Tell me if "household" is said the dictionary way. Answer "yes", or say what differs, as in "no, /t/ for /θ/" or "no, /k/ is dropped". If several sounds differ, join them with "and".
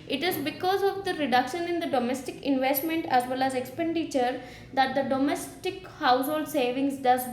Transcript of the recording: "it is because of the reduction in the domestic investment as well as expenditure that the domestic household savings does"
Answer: yes